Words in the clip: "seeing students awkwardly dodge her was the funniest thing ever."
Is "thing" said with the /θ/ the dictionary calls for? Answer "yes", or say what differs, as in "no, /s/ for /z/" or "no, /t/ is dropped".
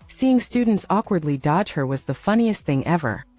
yes